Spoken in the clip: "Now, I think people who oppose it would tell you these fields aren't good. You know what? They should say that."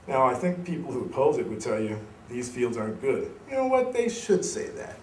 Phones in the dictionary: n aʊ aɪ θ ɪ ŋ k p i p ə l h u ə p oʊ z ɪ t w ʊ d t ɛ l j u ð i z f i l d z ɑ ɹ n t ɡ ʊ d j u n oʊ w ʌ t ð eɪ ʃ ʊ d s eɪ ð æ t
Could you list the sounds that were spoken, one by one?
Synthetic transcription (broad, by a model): n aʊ aɪ θ ɪ ŋ k p i p l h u ə p oʊ z ɪ t w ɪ d t ɛ l j u ð i z f i l d z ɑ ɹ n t ɡ ʊ d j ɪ n oʊ w ʌ t ð eɪ ʃ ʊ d s eɪ ð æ t